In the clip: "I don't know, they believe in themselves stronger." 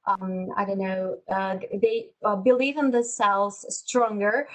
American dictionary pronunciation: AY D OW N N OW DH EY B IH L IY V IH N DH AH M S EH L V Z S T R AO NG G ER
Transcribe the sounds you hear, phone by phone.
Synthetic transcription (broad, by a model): AY D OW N N OW DH EY B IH L IY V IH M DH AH S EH L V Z S T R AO NG G ER